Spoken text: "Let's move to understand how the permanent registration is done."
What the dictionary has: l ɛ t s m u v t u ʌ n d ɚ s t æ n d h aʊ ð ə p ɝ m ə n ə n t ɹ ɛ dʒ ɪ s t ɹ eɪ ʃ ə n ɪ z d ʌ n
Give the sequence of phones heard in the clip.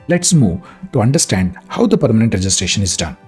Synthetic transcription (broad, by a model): l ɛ t s m u v t u ʌ n d ɚ s t æ n d h aʊ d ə p ɝ m ə n ə n t ɹ ɛ dʒ ɪ s t ɹ eɪ ʃ ə n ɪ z d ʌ n